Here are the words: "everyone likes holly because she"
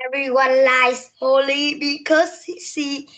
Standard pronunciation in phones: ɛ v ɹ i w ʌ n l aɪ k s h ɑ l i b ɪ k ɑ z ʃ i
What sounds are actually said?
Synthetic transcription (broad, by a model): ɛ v ɹ i w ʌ n l aɪ s h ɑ l i b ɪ k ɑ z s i